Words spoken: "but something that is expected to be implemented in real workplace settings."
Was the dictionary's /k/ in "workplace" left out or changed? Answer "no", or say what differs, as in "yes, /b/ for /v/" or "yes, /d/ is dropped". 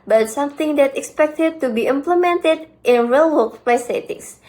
yes, /k/ is dropped